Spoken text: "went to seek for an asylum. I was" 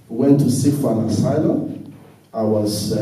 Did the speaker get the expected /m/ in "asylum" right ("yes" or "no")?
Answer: no